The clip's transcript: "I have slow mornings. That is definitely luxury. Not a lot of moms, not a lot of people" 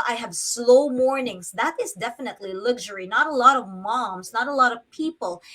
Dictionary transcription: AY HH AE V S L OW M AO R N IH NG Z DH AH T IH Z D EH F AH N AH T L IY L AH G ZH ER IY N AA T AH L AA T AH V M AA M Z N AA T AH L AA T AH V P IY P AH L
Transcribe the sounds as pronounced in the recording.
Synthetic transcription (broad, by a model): AY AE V S L OW M AO R N IH NG Z DH AH T IH Z D EH F AH N AH T L IY L AH G ZH ER IY N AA T AH L AA T AH V M AA M Z N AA T AH L AA T AH V P IY P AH L